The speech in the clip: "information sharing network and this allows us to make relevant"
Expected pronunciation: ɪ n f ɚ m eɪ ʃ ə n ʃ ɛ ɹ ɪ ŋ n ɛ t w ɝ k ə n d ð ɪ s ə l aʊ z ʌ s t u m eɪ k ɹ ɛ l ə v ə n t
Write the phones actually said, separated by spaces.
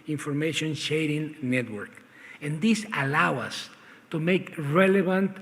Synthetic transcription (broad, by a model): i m f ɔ m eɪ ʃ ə n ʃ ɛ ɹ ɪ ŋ n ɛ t w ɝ k ə n d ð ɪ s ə l aʊ ʌ s t u m eɪ k ɹ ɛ l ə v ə n t